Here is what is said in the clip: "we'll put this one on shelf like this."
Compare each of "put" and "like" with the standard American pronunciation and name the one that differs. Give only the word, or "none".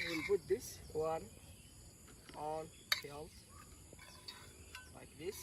put